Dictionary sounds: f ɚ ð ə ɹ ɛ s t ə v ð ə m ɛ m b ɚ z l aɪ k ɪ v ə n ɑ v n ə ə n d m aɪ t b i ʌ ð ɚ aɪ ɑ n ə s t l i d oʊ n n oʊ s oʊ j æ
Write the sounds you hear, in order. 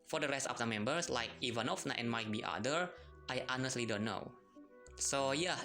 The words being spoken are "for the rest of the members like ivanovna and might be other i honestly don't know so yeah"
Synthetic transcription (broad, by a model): f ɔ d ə ɹ ɛ s t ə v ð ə m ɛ m b ɚ s l aɪ k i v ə n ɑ f n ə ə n m aɪ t b i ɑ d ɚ aɪ ɑ n ə s t l i d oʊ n n oʊ s oʊ j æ